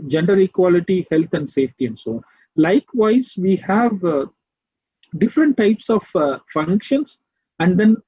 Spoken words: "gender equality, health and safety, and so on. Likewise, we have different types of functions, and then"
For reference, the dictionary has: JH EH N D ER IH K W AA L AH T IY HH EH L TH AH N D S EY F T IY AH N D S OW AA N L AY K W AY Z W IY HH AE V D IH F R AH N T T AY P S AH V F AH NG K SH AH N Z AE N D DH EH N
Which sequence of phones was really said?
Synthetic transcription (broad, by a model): JH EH N D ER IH K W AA L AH T IY HH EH L T AH N D S EY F T IY AH N D S OW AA N L AY K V AY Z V IY HH AE V D IH F R AH N T T AY P S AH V F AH NG K SH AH N S AE N D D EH N